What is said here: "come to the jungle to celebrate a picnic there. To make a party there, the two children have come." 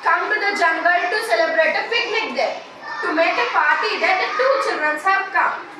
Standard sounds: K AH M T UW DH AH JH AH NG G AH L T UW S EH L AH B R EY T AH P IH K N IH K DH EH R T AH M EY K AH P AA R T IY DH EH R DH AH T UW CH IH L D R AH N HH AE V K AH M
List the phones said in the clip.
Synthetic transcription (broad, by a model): K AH M T UW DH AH JH AH NG G AH L T UW S EH L AH B R EY T AH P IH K L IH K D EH T AH M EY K AH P AA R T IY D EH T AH T UW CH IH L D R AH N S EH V K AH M